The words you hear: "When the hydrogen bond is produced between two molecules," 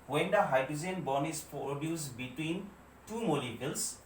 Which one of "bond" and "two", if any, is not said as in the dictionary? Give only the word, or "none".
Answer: bond